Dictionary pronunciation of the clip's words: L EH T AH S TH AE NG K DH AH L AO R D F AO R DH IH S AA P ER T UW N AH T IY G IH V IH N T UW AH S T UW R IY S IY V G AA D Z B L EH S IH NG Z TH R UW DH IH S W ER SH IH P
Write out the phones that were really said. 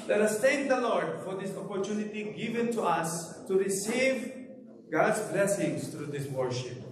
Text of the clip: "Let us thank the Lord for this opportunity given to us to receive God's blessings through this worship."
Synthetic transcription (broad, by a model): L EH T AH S T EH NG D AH L AO R D F AO R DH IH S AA P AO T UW N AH T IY G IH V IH N T UW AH S T UW R IY S IY V G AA D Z B L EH S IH NG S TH R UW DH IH S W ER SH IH P